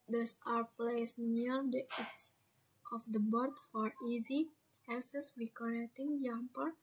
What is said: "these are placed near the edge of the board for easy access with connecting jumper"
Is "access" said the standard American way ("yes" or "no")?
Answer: no